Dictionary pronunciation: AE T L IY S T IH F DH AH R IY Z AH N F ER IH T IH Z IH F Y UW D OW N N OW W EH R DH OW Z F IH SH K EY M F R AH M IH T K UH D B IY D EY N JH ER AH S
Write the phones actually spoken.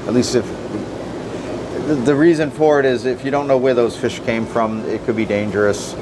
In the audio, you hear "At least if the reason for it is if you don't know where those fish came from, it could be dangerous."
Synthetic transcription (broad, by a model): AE T L IY S T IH F DH AH R IY Z AH N F ER IH T IH Z IH F Y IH D OW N N OW W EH R DH OW Z F IH SH K EY M F R AH M IH T K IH D B IY D EY N JH ER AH S